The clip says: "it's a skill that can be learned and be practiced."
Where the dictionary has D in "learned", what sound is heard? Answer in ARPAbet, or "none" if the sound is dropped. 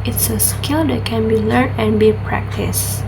none